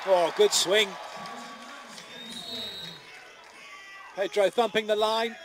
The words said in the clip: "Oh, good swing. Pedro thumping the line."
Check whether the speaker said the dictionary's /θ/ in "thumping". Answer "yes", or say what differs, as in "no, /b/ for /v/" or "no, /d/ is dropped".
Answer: yes